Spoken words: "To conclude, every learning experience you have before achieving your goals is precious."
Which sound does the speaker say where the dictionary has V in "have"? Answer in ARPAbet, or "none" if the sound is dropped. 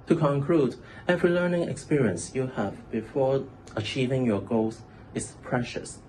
V